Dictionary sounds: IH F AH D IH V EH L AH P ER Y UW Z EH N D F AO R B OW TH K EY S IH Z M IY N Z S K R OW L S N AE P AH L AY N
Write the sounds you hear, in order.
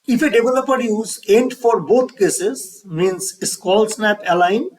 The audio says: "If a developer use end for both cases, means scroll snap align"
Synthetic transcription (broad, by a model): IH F AH D IH V EH L AH P ER Y UW Z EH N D F AO R B OW T K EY S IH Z M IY N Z S K OW L S N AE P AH L AY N